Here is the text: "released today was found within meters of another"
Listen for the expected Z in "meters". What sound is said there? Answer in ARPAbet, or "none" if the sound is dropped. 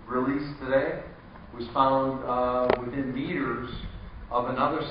Z